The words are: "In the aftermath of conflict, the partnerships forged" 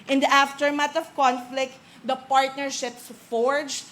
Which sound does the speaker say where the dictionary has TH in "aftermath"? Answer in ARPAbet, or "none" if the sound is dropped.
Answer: T